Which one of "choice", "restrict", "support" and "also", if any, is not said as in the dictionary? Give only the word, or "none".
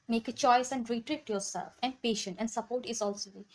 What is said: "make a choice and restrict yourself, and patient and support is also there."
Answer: restrict